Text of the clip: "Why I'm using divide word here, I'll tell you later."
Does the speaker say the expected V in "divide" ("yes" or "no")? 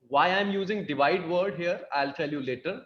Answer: yes